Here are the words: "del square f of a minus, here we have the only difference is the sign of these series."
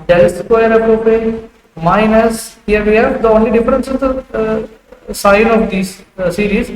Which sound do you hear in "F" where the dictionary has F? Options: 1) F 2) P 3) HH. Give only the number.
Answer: 2